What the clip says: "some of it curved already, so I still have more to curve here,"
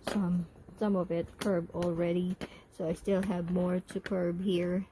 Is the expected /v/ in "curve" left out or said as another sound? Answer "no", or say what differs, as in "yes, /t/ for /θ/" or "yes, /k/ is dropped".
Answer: yes, /b/ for /v/